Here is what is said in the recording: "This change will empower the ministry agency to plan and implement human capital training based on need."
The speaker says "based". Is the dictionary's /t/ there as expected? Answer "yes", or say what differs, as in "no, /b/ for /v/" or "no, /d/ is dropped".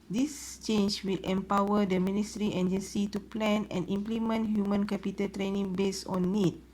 no, /t/ is dropped